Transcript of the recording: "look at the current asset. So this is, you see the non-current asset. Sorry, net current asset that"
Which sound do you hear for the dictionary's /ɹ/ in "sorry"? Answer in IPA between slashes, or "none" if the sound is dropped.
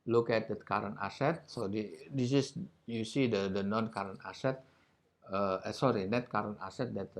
/ɹ/